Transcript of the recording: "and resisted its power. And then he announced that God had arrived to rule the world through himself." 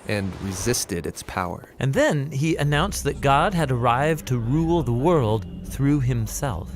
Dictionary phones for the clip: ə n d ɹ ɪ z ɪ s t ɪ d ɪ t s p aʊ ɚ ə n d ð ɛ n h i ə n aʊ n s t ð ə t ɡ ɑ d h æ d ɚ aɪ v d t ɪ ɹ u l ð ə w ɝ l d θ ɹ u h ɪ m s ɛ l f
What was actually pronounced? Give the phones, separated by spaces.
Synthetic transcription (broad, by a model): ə n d ɹ ɪ z ɪ s t ɪ d ɪ t s p aʊ ɚ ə n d ð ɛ n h i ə n aʊ n s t ð ə t ɡ ɑ d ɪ d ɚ aɪ v t ɪ ɹ u l ð ə w ɝ l d θ ɹ u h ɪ m s ɛ l f